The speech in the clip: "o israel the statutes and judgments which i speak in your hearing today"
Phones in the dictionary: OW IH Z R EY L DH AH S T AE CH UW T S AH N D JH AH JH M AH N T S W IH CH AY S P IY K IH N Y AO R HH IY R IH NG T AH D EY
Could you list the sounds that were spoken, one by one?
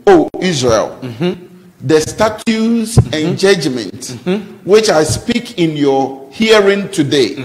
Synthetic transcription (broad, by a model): OW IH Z R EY L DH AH S T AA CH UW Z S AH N JH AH JH M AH N T W IH CH AY S P IY K IH N Y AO HH IY R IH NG T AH D EY